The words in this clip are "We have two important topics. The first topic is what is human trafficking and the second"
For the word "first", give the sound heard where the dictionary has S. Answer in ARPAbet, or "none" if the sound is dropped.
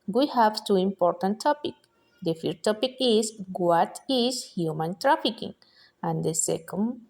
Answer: none